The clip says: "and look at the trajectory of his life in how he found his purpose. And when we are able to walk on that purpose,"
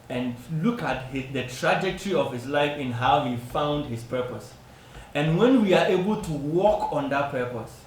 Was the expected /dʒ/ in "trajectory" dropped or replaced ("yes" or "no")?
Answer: no